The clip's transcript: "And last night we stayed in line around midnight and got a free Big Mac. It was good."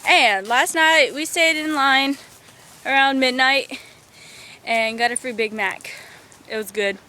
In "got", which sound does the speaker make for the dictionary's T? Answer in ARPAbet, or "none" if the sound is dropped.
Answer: T